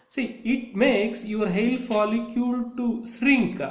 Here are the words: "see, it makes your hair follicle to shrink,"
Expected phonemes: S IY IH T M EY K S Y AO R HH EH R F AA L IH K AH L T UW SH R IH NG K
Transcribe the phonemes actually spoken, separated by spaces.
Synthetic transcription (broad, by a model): S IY IH T M EY K S Y AO R HH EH L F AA L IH K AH L T UW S R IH NG K